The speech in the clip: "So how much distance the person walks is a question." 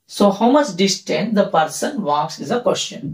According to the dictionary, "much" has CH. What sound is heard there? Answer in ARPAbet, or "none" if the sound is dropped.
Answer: S